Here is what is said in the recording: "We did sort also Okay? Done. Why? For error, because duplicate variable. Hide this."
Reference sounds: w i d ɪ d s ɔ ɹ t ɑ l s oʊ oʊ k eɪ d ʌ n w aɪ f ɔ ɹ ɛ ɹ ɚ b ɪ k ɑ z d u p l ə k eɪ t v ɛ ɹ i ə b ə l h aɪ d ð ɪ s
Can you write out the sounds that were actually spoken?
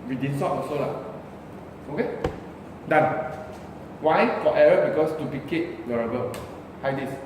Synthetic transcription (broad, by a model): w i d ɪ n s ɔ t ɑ s oʊ oʊ k eɪ d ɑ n w aɪ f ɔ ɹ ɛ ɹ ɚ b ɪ k ɑ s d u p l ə k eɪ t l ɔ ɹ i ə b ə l h aɪ d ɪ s